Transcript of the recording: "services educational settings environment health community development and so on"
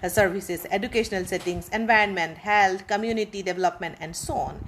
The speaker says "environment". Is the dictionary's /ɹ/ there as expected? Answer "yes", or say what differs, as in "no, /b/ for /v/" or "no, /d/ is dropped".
yes